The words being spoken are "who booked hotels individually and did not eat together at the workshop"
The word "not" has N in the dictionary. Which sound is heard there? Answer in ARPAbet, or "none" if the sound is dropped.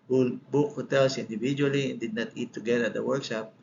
N